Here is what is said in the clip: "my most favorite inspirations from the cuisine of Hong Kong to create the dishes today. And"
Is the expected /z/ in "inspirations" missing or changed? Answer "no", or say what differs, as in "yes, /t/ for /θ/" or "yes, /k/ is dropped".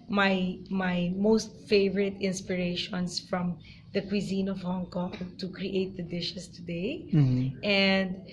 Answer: yes, /s/ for /z/